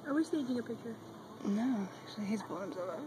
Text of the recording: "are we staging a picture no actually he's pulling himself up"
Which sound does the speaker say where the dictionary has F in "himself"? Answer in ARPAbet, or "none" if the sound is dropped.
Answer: none